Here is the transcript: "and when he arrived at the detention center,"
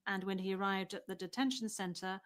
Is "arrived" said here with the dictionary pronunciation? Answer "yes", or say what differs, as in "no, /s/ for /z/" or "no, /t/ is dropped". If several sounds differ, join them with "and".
yes